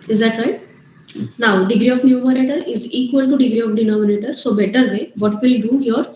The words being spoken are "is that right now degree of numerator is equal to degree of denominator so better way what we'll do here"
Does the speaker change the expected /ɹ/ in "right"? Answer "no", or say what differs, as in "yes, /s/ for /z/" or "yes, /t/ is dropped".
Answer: no